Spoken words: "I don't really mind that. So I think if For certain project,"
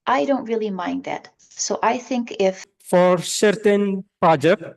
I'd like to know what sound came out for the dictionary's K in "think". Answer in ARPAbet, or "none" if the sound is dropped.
K